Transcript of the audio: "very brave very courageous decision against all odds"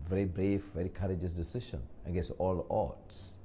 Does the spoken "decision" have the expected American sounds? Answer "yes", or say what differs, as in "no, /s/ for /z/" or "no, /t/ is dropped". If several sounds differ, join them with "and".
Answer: no, /ʃ/ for /ʒ/